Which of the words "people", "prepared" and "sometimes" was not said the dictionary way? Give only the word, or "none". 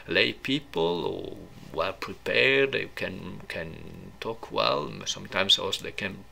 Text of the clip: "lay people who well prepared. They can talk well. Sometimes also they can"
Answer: sometimes